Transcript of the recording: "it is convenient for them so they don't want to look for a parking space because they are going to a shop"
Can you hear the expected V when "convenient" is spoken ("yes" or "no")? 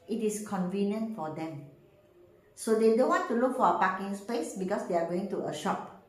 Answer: yes